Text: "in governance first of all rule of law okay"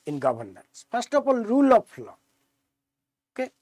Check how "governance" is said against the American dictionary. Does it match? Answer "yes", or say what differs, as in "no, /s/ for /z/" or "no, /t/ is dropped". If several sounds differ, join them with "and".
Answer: no, /b/ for /v/